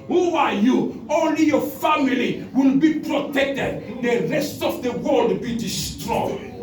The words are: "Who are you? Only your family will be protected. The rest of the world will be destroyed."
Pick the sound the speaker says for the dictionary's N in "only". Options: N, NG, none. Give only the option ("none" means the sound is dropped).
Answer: N